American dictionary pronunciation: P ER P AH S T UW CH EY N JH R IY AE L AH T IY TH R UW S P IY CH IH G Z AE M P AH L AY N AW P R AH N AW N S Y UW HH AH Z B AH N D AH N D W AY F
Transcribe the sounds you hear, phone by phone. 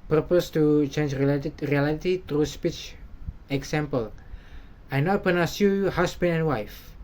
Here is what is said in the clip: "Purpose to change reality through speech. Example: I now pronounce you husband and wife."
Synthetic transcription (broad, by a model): P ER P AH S T UW CH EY N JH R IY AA L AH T IY T R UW S P IY CH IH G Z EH M P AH L AY N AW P AH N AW S Y UW HH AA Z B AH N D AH N W AY F